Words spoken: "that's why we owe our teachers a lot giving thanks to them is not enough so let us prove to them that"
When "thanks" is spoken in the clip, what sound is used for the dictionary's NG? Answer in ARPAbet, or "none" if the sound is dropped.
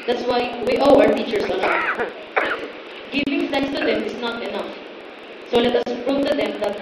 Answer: none